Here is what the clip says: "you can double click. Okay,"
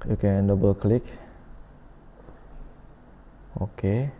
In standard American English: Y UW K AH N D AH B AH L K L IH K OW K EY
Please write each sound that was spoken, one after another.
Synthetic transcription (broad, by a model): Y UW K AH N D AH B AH L K L IH K OW K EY